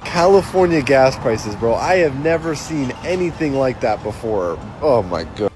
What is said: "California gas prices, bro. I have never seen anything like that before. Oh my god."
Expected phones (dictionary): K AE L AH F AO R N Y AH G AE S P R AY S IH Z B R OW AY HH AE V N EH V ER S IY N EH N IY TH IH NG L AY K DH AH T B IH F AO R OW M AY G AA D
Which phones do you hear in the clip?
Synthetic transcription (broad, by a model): K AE L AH F AO R N Y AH G AE S P R AY S IH Z B R OW AY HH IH V N EH V ER S IY N EH N IY TH IH NG L AY K DH AH T B IH F AO R OW M AY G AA